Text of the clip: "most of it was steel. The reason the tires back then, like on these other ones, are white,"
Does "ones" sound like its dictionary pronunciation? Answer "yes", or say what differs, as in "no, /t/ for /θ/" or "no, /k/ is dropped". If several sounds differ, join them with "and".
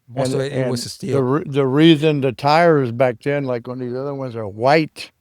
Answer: yes